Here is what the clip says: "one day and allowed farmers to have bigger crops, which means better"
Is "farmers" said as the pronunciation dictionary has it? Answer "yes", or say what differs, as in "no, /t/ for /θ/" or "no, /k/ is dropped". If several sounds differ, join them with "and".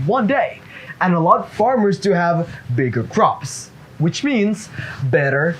yes